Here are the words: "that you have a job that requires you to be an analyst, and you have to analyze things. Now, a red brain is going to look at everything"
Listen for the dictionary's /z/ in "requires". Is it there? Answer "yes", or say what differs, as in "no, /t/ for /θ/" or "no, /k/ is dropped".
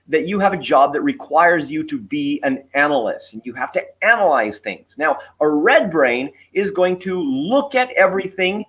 yes